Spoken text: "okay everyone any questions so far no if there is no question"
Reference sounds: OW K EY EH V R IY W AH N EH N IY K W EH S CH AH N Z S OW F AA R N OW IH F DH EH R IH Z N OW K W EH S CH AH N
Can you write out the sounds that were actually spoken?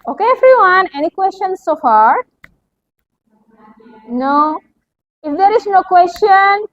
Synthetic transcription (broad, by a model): OW K EY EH F R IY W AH N EH N IY K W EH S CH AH N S S OW F AA R N OW IH F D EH R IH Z N OW K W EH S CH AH N